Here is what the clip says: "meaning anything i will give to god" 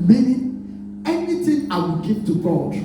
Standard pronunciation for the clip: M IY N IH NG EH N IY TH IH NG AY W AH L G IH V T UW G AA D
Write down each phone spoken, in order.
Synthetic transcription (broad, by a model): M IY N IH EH N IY T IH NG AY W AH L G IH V T UW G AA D